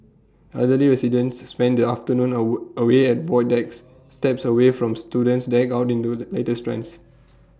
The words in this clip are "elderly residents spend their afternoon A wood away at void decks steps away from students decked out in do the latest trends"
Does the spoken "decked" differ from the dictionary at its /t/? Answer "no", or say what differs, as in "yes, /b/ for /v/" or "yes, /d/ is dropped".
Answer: yes, /t/ is dropped